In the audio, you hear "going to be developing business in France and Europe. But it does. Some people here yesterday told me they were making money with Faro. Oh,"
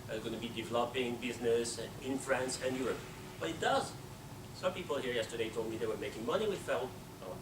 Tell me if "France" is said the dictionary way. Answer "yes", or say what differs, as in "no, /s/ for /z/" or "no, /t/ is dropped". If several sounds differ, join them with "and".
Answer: yes